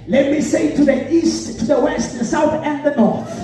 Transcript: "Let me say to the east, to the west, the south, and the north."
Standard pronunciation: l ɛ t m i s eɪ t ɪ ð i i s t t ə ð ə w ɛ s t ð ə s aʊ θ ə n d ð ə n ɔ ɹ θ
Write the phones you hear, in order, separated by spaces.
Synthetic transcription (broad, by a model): l ɛ t m i s eɪ t ɪ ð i i s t t ə ð ə w ɛ s t ð ə s aʊ θ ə n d ð ə n ɔ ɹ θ